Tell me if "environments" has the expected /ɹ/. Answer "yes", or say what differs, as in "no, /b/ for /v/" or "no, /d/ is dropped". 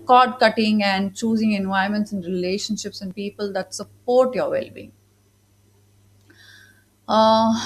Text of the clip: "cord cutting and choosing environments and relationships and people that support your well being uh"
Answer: no, /ɹ/ is dropped